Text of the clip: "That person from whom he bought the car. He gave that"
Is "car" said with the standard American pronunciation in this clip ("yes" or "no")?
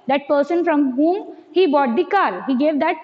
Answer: no